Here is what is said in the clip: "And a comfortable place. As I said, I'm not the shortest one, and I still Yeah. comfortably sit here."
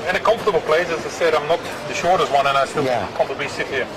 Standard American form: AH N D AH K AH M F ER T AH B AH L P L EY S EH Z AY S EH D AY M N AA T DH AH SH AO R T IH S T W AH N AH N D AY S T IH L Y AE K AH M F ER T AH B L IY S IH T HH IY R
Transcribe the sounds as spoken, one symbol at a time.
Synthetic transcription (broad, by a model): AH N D AH K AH M F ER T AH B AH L P L EY S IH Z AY S EH D AY M N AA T DH AH SH AO R T IH S T W AH N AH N AY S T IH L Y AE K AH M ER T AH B IY S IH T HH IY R